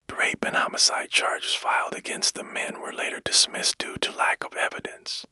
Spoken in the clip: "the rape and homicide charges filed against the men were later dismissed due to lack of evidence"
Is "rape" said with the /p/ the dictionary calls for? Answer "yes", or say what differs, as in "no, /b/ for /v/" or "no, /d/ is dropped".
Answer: no, /b/ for /p/